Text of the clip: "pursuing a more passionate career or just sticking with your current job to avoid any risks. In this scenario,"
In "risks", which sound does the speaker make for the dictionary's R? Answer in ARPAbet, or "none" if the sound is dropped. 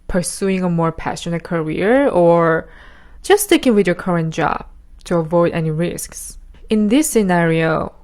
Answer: R